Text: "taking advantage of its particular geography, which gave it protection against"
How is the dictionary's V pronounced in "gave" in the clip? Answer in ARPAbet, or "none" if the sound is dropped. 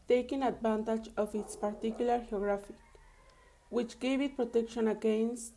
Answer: B